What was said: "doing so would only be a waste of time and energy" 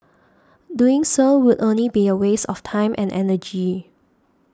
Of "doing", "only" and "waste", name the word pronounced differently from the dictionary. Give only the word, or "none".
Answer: waste